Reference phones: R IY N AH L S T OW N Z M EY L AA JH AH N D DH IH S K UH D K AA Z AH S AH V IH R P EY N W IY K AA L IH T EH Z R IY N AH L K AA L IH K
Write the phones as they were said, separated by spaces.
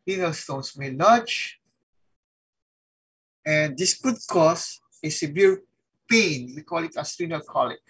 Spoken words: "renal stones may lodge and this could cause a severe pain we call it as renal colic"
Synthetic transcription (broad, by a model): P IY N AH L S T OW N S M EY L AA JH AH N D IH S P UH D K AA S AH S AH B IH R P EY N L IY K AA L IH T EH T R IY N AH L K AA L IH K